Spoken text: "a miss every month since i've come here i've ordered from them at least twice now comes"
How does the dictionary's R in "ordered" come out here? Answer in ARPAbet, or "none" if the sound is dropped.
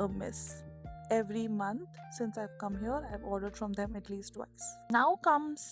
R